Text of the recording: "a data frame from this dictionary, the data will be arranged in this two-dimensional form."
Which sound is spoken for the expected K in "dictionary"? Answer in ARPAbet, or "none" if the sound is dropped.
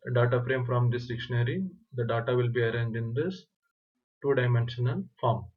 K